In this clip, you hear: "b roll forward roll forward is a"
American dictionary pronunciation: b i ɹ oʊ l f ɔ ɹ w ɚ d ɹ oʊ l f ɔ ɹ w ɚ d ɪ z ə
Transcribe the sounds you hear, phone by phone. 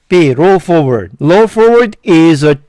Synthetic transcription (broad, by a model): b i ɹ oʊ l f ɔ ɹ w ɚ d l oʊ f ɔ ɹ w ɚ d ɪ z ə